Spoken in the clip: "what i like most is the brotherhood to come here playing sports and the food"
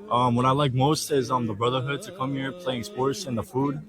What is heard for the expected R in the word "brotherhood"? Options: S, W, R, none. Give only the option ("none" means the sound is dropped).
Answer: R